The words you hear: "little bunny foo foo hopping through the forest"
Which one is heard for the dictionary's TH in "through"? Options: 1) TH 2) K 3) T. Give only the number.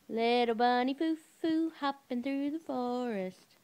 1